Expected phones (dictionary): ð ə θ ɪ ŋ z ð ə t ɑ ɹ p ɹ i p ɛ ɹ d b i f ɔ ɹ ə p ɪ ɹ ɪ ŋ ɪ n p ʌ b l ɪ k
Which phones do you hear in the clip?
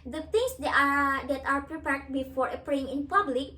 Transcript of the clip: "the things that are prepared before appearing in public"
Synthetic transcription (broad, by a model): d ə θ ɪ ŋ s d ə t ɑ ɹ p ɹ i p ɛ ɹ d b i f ɔ ɹ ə p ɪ ɪ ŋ ɪ n p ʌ b l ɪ k